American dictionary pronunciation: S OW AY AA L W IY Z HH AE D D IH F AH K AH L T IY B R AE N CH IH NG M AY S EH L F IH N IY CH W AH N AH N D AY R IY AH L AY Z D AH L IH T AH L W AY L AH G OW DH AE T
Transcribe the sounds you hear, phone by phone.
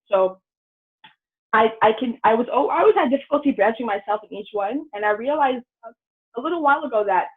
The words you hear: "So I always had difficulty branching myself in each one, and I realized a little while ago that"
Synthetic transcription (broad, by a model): S OW AY AA N W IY Z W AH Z D IH F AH K L T IY B R AE N CH IH NG M AY S EH L F IH N IY CH W AH N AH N AY R IY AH L AY Z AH AH L IH T L W AY L AH G OW DH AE T